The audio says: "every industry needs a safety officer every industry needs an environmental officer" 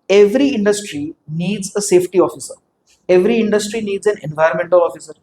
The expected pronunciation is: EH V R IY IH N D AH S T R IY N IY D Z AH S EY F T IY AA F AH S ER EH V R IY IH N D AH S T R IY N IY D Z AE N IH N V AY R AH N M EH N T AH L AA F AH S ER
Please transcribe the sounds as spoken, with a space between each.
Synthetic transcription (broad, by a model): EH V R IY IH N D AH S T R IY N IY D Z AH S EY F T IY AA F AH S ER EH V R IY IH N D AH S T R IY N IY D Z AE N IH N V AY AH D M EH N T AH L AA F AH S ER